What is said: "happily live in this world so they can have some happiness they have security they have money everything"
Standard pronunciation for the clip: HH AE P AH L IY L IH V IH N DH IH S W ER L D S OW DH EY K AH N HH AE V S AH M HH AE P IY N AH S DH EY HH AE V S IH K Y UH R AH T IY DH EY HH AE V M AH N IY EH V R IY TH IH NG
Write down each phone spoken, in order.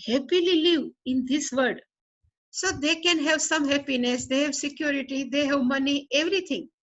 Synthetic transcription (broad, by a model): HH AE P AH L IY L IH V IH N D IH S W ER D S OW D EY K AH N HH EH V S AH M HH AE P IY N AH S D EY HH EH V S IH K Y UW R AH T IY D EY HH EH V M AH N IY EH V R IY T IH NG